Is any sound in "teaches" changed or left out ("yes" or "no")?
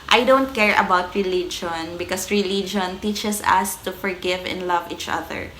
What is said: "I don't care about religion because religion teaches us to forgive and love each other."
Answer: yes